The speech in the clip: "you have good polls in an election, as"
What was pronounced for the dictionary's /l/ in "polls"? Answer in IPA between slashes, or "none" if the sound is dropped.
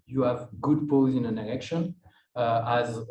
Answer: none